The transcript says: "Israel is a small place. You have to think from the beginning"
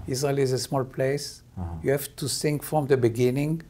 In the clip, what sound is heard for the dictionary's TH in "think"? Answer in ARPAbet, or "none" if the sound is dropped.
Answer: S